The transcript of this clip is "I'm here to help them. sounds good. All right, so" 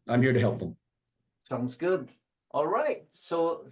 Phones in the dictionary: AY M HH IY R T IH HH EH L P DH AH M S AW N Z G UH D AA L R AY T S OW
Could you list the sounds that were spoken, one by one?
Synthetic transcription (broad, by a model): AY M HH IY R T IH HH EH L P DH AH M S AW N Z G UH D AA L R AY T S OW